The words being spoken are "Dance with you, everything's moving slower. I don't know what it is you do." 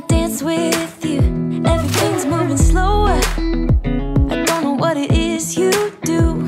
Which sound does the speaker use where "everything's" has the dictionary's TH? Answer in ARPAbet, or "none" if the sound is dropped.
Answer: TH